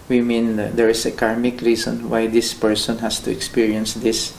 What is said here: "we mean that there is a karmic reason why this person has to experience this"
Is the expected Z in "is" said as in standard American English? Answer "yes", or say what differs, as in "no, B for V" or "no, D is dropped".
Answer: no, S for Z